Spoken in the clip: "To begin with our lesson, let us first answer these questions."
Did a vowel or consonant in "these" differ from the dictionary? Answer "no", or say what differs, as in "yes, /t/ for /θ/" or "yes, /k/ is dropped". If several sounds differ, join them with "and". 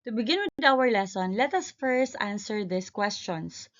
yes, /s/ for /z/